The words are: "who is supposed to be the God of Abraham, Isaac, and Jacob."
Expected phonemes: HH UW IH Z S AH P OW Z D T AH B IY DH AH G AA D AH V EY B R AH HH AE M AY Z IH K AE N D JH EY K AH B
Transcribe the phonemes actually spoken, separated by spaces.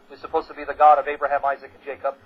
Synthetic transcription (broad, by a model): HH IH Z S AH P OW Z T AH B IY DH AH G AA D AH V EY B R AH HH AE M AY Z IH K N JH EY K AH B